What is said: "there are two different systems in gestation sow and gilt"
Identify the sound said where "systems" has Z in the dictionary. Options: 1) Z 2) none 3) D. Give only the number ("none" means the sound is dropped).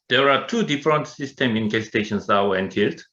2